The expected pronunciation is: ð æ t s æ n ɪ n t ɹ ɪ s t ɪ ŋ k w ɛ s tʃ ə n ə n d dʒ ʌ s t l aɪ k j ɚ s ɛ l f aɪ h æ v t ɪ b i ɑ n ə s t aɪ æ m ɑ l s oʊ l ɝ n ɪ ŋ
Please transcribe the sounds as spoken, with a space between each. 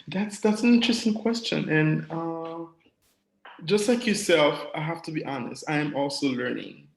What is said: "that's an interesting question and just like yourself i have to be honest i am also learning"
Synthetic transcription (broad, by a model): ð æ t s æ n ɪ n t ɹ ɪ s t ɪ ŋ k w ɛ s tʃ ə n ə n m dʒ ʌ s t l aɪ k j ɚ s ɛ l f aɪ h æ f t ɪ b i ɑ n ə s t aɪ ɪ m ɑ l s oʊ l ɝ n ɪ ŋ